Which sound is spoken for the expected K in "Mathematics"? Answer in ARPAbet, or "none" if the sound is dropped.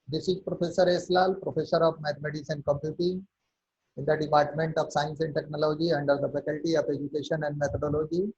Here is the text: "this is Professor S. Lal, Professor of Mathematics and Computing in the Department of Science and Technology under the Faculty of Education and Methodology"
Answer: none